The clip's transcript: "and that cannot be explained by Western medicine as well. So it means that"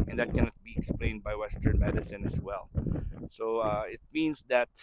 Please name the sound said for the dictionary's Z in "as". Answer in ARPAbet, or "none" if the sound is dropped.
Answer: S